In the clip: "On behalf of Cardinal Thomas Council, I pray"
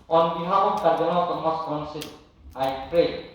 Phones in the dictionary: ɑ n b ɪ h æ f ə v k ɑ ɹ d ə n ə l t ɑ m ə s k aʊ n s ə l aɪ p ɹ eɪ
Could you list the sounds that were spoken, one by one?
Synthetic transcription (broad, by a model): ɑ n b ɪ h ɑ ə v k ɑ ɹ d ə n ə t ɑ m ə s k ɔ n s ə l aɪ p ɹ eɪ